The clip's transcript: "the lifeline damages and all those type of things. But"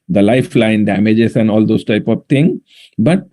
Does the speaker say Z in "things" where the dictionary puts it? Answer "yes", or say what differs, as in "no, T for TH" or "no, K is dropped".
no, Z is dropped